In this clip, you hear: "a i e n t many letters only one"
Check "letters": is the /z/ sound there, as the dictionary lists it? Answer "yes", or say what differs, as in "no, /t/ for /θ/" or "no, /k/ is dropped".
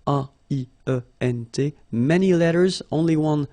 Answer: yes